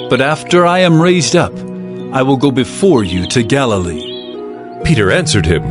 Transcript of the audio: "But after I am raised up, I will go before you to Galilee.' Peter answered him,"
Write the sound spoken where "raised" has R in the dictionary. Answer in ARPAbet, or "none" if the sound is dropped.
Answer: R